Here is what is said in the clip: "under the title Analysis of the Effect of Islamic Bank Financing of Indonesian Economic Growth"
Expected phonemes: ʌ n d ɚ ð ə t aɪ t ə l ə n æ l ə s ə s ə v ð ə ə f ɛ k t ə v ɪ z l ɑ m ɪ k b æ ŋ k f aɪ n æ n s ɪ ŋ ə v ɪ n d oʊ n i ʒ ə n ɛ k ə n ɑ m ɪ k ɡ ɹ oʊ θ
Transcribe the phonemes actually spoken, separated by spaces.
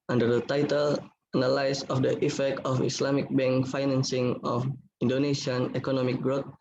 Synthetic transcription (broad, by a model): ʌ n d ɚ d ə t aɪ t ə l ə n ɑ l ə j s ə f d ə ə f ɛ k t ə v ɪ s l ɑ m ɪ k b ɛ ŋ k f aɪ n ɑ n s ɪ ŋ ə f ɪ n d oʊ n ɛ ʃ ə n ɛ k ə n ɑ m ɪ k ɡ ɹ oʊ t